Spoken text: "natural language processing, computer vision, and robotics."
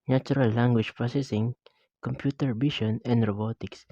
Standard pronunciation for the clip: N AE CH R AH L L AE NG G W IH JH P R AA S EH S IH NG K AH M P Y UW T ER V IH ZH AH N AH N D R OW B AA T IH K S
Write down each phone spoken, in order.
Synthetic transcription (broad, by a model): N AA CH R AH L L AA NG G W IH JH P R AA S EH S IH NG K AH M P Y UW T ER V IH SH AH N AH N D R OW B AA T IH K S